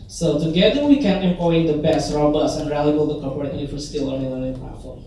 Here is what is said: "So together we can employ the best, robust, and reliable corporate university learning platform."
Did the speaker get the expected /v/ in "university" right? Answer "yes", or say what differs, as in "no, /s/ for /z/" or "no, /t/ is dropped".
no, /f/ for /v/